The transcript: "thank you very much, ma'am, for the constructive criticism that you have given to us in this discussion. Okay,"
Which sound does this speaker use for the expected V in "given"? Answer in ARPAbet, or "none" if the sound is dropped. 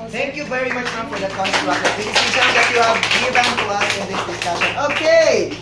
B